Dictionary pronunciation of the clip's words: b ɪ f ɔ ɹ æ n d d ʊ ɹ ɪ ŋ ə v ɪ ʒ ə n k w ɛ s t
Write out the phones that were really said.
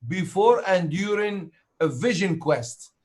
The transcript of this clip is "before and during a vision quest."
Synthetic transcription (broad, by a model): b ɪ f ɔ ɹ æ n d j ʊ ɹ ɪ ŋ ə v ɪ ʒ ə n k w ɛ s t